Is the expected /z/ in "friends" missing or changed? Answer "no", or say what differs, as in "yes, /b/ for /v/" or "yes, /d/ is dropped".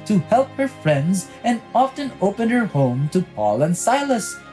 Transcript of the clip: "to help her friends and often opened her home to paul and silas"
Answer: no